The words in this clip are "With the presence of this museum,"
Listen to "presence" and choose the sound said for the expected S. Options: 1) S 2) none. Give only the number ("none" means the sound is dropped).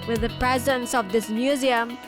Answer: 1